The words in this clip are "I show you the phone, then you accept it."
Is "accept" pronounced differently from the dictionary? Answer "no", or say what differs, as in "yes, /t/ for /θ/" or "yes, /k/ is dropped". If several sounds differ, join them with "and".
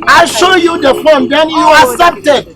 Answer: yes, /k/ is dropped